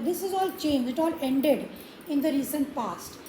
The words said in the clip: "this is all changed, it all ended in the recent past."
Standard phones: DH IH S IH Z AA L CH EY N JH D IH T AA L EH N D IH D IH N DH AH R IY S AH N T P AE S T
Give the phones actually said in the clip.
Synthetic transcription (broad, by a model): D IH S IH Z AA L CH EY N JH IH T AA L EH N D IH D IH N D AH R IY S AH N T P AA S T